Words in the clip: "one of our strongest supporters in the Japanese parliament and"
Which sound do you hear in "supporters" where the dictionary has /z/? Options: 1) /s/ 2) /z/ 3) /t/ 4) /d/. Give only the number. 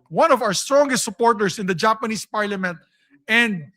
1